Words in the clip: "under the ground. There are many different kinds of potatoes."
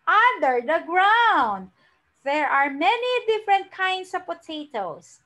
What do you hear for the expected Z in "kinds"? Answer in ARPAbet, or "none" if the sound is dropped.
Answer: S